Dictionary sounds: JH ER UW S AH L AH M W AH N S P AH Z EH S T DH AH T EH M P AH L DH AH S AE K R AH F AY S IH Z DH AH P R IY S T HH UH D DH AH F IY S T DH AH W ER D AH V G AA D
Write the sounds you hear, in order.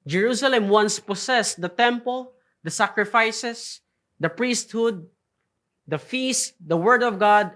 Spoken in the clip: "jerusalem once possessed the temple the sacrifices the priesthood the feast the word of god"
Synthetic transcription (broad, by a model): JH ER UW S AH L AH M W AH N S P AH S EH S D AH T EH M P AH L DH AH S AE K R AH F AY S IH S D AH P R IY S T HH UH D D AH F IY S T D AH W ER D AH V G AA D